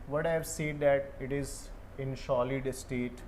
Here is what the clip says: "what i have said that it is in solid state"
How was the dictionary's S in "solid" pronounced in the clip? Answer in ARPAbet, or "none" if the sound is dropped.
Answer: SH